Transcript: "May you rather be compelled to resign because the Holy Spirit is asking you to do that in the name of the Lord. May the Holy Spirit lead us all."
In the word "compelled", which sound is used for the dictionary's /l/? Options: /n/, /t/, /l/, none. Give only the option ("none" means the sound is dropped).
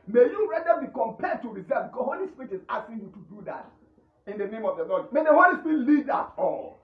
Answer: none